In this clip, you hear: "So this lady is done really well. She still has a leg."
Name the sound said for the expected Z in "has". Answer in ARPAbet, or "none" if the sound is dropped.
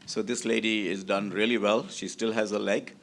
Z